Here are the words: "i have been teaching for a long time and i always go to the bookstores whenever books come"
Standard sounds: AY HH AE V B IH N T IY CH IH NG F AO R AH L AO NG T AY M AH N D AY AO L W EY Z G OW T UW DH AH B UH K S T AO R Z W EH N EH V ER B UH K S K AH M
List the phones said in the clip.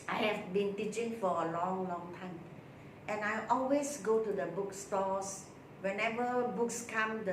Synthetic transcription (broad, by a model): AY HH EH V B IH N T IY CH IH NG F AO L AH L AO NG T AY M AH N AY AO L W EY S G OW T UW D AH B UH K S T AO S W EH N EH V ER B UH K S K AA M